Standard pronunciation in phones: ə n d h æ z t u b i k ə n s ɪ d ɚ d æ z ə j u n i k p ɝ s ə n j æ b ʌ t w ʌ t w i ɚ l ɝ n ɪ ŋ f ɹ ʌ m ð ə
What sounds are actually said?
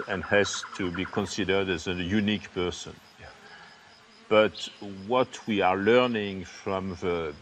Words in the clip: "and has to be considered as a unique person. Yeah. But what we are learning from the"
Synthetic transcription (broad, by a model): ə n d h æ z t u b i k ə n s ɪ d ɚ d æ z ə j u n i k p ɝ s ə n b ʌ t w ʌ t w i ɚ l ɝ n ɪ ŋ f ɹ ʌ m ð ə